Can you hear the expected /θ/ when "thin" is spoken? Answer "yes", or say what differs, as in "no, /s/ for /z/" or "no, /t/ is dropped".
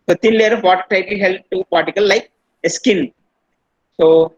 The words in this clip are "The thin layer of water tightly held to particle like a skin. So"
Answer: no, /t/ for /θ/